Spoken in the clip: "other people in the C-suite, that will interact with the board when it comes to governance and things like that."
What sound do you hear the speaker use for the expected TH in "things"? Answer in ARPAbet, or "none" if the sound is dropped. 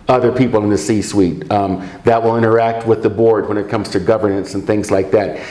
TH